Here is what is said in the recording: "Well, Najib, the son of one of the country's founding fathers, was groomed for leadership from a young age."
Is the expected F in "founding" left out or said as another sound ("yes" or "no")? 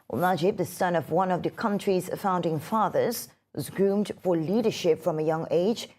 no